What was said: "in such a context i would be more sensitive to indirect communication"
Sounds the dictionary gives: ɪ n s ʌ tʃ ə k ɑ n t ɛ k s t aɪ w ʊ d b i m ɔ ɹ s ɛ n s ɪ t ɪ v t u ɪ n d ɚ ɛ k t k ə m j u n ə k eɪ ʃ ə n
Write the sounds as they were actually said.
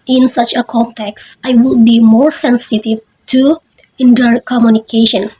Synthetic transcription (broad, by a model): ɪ n s ʌ tʃ ə k ɑ n t ɛ k s t aɪ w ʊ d b i m ɔ ɹ s ɛ n s ɪ t ɪ v t u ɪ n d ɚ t k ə m j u n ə k eɪ ʃ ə n